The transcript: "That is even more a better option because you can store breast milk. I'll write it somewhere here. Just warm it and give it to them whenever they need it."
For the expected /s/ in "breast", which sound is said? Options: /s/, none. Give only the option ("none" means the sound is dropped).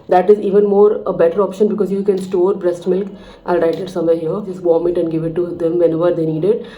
/s/